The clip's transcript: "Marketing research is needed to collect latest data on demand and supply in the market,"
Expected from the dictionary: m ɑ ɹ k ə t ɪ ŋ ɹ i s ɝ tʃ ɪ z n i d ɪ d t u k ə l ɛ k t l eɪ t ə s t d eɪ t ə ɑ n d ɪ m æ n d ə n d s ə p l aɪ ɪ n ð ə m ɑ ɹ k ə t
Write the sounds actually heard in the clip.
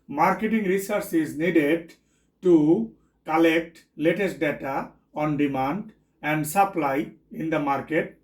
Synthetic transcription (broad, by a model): m ɑ ɹ k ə t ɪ ŋ ɹ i s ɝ s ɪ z n i d ɪ d t u k ə l ɛ k t l eɪ t ə s t d eɪ t ə ɑ n d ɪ m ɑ n d ə n d s ə p l aɪ ɪ n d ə m ɑ ɹ k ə t